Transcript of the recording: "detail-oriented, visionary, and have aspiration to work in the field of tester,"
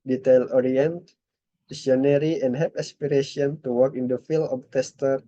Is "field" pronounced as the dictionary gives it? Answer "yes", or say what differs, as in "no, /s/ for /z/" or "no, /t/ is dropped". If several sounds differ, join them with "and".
no, /d/ is dropped